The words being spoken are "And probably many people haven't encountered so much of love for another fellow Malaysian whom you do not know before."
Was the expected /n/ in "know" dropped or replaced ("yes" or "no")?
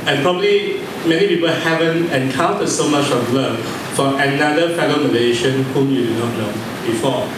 yes